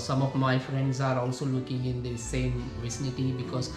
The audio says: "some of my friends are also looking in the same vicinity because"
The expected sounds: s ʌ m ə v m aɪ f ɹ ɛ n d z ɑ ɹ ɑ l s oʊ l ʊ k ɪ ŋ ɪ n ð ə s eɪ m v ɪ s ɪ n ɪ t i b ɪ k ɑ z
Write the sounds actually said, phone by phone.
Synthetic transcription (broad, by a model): s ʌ m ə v m aɪ f ɹ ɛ n d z ɑ ɹ ɑ l s oʊ l ʊ k ɪ ŋ ɪ n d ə s eɪ m v ɪ s ɪ n ɪ t i b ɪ k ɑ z